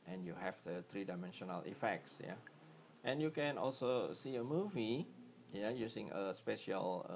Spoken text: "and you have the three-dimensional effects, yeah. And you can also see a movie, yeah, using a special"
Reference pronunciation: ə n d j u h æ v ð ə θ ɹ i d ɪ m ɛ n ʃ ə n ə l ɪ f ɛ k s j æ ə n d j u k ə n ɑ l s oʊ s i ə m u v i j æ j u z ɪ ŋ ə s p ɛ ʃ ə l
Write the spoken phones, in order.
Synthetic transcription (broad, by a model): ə n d j u h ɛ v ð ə t ɹ i d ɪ m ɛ n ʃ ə n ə l ɪ f ɛ k s j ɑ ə n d j u k ə n ɑ l s oʊ s i ə m u v i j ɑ j u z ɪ ŋ ə s p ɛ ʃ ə l